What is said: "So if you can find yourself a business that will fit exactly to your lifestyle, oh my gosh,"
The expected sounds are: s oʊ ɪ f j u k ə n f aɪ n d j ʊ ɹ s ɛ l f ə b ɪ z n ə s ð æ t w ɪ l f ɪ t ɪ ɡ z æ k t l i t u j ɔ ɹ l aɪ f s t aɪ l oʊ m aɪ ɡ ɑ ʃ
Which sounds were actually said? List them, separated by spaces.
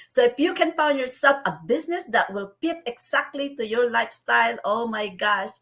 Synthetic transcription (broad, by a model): s oʊ ɪ f j u k ə n f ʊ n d j ʊ ɹ s ɛ l f ə b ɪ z n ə s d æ t w ɪ l p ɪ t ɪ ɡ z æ k t l i t u j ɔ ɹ l aɪ f s t aɪ l oʊ m aɪ ɡ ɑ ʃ